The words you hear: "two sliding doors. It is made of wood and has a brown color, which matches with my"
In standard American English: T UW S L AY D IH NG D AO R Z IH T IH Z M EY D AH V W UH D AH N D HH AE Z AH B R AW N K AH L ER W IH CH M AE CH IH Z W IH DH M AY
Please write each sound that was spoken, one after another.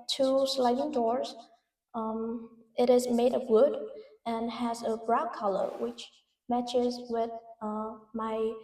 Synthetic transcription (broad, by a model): T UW S L AY D IH NG D AO R Z IH T IH Z M EY D AH V W UH D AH N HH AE Z AH B R AW K AH L ER W IH CH M AE CH IH Z W IH DH M AY